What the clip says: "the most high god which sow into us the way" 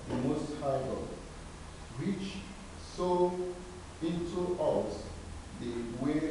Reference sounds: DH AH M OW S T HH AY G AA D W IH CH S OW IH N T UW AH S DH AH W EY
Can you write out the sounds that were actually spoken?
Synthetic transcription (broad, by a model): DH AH M OW S T HH AY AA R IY CH S OW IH N T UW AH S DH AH W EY